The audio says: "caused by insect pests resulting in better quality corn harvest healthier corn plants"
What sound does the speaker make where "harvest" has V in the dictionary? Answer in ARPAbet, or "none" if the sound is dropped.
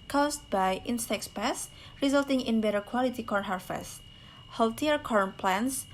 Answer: F